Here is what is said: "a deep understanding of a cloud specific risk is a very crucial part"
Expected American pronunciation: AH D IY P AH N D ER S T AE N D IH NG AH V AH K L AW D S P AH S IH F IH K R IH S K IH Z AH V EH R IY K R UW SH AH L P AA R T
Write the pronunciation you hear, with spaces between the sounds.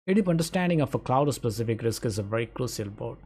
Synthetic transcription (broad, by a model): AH D IY P AH N D ER S T AE N D IH NG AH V AH K L AW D S P AH S IH F IH K R IH S K IH Z AH V EH R IY K R UW SH AH L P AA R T